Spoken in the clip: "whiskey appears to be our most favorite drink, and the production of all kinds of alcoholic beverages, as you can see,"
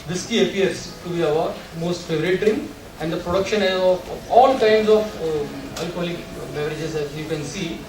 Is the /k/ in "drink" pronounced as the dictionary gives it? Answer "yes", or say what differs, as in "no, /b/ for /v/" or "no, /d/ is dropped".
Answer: no, /k/ is dropped